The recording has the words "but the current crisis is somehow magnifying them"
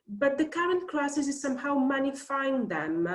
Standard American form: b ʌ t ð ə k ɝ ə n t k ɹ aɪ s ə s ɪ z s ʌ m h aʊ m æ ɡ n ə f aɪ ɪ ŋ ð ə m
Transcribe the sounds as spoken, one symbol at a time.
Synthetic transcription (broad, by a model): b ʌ t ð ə k ɝ ə n t k l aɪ s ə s ɪ z s ʌ m h aʊ m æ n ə f aɪ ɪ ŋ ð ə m